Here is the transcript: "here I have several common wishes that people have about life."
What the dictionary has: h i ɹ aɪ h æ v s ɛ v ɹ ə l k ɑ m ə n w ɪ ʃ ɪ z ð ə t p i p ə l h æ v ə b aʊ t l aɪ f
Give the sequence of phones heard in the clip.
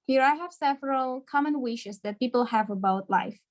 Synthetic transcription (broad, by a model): h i ɹ aɪ h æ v s ɛ v ɹ ə l k ɑ m ə n w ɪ ʃ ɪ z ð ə t p i p l h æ v ə b aʊ t l aɪ f